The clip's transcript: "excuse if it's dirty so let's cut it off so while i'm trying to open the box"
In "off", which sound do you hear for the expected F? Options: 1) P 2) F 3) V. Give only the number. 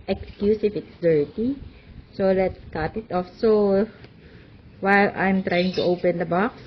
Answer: 2